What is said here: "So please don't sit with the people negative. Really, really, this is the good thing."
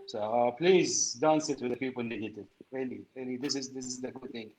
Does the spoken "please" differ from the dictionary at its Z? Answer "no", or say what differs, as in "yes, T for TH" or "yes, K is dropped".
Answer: no